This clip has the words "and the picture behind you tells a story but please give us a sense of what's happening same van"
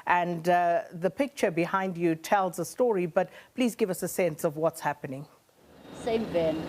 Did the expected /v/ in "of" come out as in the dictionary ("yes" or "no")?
yes